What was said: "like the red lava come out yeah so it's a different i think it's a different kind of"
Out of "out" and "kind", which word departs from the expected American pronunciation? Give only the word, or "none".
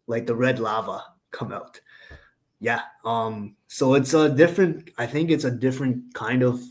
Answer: none